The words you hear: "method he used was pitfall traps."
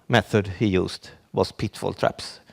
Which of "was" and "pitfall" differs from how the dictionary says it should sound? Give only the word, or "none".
was